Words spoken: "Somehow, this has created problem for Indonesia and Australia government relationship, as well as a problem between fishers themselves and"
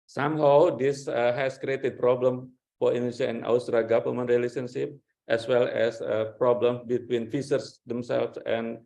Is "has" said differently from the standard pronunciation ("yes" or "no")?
yes